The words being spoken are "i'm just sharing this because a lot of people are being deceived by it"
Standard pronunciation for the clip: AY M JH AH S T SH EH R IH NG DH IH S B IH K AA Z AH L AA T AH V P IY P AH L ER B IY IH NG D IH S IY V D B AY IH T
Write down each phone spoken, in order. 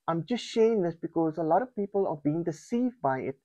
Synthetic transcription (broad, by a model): AY M JH AH S T SH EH IH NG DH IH S B IH K AA Z AH L AA T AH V P IY P AH L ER B IY IH NG D IH S IY V D B AY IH T